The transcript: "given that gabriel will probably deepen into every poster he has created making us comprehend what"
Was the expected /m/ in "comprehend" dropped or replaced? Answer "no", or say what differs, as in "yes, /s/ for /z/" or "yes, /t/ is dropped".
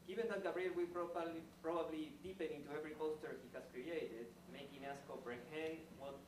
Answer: yes, /m/ is dropped